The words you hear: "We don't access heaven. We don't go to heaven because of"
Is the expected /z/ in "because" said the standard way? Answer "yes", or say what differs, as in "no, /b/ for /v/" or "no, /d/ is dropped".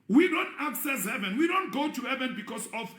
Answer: no, /s/ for /z/